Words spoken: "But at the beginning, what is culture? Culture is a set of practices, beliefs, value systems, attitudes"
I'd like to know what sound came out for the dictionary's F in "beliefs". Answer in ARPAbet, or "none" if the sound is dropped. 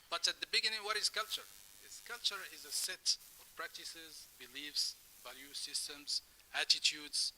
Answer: F